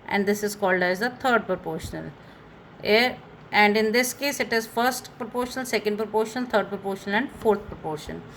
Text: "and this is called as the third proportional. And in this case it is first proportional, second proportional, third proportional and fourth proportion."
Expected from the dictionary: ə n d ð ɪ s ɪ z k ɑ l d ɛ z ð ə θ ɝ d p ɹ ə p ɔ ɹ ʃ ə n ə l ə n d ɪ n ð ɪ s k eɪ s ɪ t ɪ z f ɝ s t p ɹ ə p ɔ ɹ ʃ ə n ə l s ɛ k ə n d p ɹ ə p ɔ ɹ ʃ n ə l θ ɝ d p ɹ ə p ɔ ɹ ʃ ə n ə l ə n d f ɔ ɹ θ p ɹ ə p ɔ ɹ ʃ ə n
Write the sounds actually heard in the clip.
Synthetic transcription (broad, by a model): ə n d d ɪ s ɪ z k ɑ l d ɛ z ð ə t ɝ d p ɹ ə p ɔ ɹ ʃ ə n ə l ə n d ɪ n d ɪ s k eɪ s ɪ t ɪ z f ɝ s t p ɹ ə p ɔ ɹ ʃ ə n ə l s ɛ k ə n d p ɹ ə p ɔ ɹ ʃ ə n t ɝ d p ɹ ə p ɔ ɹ ʃ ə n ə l ə n d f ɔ ɹ t p ɹ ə p ɔ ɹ ʃ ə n